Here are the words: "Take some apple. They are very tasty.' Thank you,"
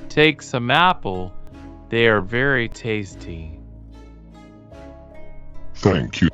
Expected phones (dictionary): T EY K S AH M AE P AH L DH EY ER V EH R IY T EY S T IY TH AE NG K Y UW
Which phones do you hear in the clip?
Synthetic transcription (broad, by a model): T EY K S AH M AE P L DH EY ER V EH R IY T EY S T IY TH AE NG K Y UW